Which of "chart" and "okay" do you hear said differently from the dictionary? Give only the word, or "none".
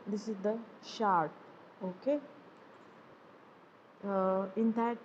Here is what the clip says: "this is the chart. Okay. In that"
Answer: chart